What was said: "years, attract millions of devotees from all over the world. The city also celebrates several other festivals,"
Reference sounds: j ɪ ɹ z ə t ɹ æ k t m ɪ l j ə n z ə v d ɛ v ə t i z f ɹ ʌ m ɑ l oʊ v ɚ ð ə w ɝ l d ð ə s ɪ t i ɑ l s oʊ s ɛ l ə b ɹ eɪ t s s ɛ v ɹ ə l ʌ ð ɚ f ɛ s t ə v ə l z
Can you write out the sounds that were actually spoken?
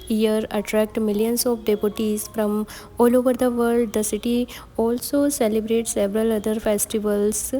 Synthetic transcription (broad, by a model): j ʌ ɹ ə t ɹ æ k t m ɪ l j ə n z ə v d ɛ p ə t i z f ɹ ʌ m ɑ l oʊ v ɚ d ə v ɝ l d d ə s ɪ t i ɑ l s oʊ s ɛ l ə b ɹ eɪ t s s ɛ v ɹ ə l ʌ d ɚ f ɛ s t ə v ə l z